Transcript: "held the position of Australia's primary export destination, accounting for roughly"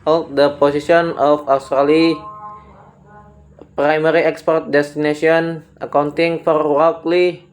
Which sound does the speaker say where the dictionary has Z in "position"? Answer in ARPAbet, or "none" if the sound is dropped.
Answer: S